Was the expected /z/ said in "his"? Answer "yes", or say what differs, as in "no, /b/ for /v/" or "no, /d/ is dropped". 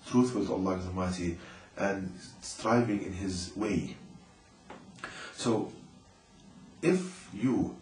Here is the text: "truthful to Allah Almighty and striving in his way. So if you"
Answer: yes